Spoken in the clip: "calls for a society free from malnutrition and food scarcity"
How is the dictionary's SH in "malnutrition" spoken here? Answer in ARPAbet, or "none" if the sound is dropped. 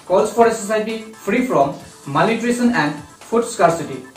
S